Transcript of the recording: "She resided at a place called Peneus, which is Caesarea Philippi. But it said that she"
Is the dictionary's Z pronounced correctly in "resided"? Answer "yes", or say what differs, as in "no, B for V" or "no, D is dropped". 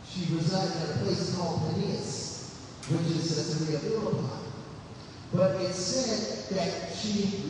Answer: yes